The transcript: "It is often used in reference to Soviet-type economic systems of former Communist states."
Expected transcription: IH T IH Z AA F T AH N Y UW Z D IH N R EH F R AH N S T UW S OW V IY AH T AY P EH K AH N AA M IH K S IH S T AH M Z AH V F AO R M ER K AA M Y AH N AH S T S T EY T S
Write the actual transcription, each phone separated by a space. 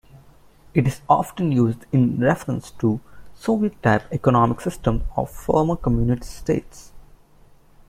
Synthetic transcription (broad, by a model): IH T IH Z AA F T AH N Y UW Z D IH N R EH F R AH N S T UW S OW V IY AH T AY P EH K AH N AA M IH K S IH S T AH M AH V F AO R M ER K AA M Y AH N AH T S T EY T S